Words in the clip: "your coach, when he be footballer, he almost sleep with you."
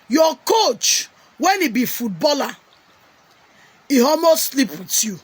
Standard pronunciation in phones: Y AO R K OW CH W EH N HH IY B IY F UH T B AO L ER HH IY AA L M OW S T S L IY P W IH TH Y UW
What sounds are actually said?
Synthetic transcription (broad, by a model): Y AO K OW CH W EH N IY B IY F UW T B AO L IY HH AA M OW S S L IY P W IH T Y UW